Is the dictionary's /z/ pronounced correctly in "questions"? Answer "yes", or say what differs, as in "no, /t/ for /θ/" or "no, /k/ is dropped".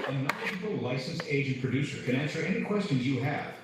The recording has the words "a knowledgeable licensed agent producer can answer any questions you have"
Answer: yes